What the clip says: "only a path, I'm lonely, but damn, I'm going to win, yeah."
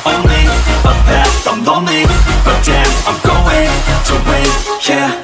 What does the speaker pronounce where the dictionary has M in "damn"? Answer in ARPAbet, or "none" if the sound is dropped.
none